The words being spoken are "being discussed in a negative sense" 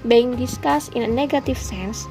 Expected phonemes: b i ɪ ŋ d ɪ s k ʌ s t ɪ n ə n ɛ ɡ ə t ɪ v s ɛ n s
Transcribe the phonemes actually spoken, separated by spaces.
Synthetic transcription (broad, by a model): b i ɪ ŋ d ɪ s k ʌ s ɪ n ə n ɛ ɡ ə t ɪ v s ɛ n s